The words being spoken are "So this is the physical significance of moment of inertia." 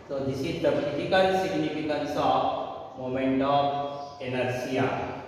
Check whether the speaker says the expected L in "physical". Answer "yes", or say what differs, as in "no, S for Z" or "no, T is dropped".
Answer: no, N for L